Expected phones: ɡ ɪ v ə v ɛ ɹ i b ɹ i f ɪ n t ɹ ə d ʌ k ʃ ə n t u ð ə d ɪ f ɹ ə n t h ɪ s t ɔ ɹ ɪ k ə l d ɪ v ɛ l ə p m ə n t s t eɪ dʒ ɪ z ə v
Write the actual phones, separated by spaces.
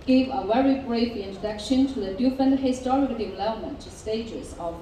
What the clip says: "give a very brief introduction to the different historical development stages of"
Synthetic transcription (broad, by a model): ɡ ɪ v ə v ɛ ɹ i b ɹ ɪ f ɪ n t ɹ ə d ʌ k ʃ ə n t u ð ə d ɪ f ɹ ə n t h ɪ s t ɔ ɹ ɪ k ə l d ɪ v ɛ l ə m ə n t s t eɪ dʒ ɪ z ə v